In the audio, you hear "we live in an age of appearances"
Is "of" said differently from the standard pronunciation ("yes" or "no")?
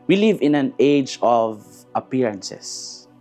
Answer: no